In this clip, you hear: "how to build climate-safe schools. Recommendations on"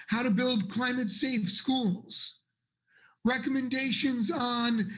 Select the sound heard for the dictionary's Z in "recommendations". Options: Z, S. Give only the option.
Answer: Z